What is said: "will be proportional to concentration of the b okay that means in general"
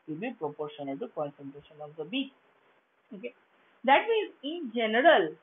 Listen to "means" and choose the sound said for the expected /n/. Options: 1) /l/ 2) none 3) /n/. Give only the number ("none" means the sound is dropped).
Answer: 2